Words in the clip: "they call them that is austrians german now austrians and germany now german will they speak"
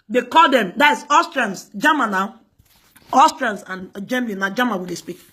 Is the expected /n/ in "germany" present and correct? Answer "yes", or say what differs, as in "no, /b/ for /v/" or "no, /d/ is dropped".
no, /l/ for /n/